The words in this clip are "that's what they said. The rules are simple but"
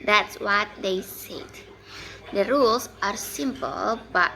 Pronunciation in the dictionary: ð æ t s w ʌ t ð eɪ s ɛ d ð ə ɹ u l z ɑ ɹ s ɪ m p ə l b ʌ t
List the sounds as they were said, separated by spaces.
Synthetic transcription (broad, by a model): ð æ t s w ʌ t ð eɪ s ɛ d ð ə ɹ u l s ɑ ɹ s ɪ m p ə l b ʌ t